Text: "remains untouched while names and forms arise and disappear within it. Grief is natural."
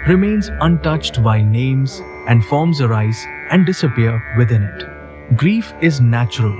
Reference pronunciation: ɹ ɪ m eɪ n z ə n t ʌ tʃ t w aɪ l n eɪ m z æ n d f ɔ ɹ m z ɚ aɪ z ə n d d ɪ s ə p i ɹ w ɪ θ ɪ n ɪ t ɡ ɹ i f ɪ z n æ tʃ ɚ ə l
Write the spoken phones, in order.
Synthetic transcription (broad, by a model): ɹ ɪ m eɪ n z ə n t ʌ tʃ t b aɪ n eɪ m z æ n d f ɔ ɹ m z ɚ aɪ z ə n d d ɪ s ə p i ɹ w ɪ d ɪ n ɪ t ɡ ɹ i f ɪ z n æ tʃ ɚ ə l